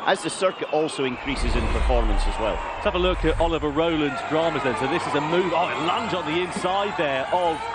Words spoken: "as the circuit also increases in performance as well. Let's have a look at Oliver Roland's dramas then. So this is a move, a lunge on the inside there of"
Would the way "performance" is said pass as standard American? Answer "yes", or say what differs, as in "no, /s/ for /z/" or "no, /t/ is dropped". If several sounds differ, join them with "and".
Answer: yes